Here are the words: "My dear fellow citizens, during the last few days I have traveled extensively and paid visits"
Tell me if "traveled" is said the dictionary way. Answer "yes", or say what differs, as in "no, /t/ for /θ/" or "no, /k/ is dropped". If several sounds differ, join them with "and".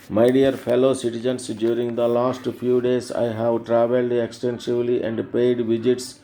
yes